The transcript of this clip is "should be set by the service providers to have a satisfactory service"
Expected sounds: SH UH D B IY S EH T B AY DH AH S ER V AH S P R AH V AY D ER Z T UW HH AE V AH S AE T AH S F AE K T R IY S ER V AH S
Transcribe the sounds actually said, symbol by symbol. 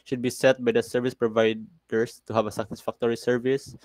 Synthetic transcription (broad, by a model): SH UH D B IY S EH T B AY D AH S ER V AH S P R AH V AY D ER S T UW HH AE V AH S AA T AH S F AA K T R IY S ER V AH S